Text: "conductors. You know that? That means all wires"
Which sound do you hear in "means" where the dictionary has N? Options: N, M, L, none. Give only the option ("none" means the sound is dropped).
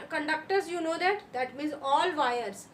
none